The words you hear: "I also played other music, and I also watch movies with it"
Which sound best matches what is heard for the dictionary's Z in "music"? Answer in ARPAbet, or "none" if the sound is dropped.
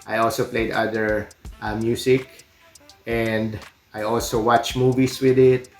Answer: S